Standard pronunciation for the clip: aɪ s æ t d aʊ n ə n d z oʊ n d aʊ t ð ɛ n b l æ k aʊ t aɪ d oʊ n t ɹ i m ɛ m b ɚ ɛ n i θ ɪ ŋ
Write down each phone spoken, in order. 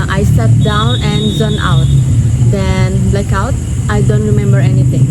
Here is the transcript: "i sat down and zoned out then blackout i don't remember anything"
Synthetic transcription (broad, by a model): aɪ s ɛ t d aʊ n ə n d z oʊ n aʊ t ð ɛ n l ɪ k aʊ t aɪ d oʊ n t ɹ i m ɛ m b ɚ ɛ n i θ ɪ ŋ